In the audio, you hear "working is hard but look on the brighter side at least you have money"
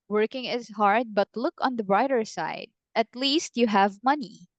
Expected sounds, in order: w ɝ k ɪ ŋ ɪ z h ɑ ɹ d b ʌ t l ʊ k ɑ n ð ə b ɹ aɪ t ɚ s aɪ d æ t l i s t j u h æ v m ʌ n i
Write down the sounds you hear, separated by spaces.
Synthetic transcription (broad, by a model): w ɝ k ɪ ŋ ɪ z h ɑ ɹ d b ʌ t l ʊ k ɑ n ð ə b ɹ aɪ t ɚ s aɪ d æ t l i s t j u h æ v m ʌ n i